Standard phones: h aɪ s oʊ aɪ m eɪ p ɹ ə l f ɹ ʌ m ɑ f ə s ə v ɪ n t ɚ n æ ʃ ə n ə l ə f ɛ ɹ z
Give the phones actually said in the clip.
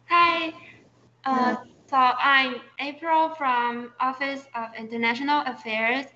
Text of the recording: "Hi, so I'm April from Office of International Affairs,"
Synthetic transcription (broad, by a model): h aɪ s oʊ aɪ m eɪ p ɹ ə l f ɹ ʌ m ɑ f ə s ə v ɪ n t ɚ n æ ʃ ə n ə l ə f ɛ ɹ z